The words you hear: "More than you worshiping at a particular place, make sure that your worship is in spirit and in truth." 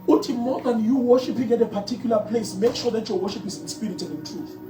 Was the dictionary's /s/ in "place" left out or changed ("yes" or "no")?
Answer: no